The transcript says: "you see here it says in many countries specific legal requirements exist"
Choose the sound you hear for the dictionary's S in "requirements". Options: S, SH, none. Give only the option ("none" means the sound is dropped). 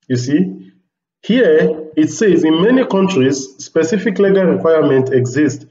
none